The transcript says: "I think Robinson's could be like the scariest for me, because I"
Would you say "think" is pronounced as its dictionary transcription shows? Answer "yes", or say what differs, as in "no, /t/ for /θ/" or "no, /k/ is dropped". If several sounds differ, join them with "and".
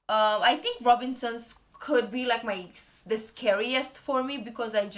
no, /t/ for /θ/